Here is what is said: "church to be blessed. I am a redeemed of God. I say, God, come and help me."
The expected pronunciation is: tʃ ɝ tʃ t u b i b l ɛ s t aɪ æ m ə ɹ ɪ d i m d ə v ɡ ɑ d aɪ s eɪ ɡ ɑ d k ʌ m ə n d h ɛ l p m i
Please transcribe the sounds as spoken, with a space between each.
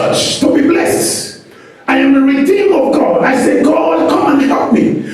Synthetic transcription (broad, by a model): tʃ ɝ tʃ t u b i b l ɛ s t aɪ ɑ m ə ɹ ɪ d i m ə v ɡ ɑ d aɪ s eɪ ɡ ɑ d k ʌ m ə n h ɛ l p m i